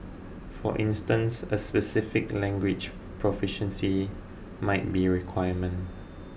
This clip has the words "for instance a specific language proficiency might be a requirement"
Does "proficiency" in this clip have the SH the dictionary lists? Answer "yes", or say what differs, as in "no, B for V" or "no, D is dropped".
yes